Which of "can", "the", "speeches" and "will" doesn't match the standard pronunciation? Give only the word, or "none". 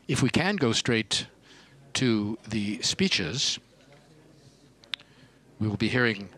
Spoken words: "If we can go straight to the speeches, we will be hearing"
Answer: none